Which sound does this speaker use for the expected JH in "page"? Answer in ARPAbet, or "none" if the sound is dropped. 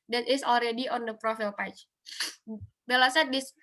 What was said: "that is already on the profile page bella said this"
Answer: CH